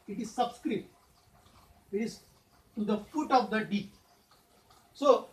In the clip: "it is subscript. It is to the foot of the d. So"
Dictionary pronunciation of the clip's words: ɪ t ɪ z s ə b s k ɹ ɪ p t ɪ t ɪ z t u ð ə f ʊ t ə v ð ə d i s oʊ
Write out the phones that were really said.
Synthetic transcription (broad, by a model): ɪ t ɪ z s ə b s k ɹ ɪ t ɪ t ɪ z t u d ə f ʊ t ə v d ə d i s oʊ